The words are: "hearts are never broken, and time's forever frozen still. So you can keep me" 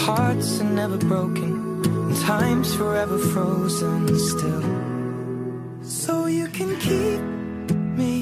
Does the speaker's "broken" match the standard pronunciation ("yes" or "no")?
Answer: no